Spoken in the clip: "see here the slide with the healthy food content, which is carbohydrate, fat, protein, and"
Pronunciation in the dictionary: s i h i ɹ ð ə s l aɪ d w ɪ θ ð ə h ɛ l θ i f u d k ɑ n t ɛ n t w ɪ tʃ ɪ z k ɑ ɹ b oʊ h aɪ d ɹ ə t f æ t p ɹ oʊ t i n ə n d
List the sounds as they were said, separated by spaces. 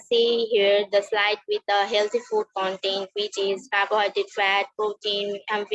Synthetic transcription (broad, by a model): s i h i ɹ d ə s l aɪ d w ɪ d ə h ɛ l t i f u d k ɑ n t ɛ n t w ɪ tʃ ɪ z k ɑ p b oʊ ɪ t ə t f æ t p ɹ oʊ t i n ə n